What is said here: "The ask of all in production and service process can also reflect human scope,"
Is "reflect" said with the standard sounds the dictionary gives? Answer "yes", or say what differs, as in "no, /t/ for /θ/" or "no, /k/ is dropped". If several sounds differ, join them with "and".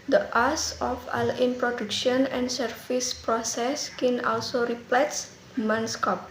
no, /p/ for /f/